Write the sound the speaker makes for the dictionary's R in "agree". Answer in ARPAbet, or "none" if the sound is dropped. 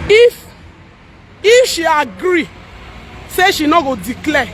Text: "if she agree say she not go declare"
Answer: R